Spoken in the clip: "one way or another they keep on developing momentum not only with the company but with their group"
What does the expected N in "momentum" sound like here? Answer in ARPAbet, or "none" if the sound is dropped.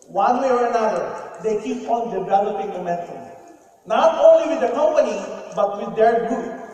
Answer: none